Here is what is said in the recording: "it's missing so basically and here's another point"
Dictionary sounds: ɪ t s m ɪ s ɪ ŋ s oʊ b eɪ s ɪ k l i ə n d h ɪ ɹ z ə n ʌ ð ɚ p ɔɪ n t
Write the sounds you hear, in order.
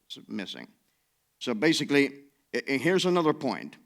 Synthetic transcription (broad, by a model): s m ɪ s ɪ ŋ s oʊ b eɪ s ɪ k l i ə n h ɪ ɹ z ə n ʌ ð ɚ p ɔɪ n t